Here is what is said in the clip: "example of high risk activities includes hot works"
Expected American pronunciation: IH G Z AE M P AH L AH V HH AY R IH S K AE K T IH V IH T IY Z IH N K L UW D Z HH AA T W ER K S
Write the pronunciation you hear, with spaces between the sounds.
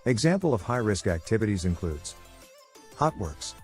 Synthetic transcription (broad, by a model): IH G Z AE M P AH L AH V HH AY R IH S K AE K T IH V IH T IY Z IH N K L UW D Z HH AA T W ER K S